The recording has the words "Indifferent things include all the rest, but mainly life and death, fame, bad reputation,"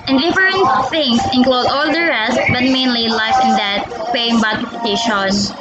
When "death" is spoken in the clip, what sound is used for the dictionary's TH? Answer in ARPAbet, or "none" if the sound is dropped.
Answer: T